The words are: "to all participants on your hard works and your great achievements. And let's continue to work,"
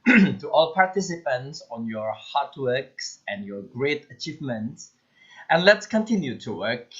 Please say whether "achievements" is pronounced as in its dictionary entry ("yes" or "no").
yes